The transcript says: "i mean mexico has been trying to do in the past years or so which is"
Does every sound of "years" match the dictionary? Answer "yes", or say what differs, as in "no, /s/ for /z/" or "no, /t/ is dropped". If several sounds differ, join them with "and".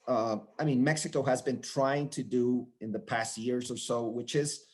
yes